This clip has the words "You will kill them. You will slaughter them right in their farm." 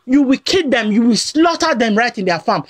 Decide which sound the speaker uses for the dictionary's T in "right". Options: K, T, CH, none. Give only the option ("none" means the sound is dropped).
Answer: T